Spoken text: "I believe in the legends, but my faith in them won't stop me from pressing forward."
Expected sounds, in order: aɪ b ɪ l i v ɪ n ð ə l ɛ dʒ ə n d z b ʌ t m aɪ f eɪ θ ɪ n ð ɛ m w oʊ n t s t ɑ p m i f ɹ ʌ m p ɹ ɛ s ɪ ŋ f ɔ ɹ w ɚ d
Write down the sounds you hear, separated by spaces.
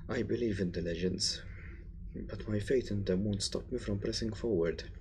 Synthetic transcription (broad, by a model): aɪ b ɪ l i v ɪ n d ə l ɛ dʒ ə n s b ʌ t m aɪ f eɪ t ɪ n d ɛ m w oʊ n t s t ɑ p m i f ɹ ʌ m p ɹ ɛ s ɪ ŋ f ɔ ɹ w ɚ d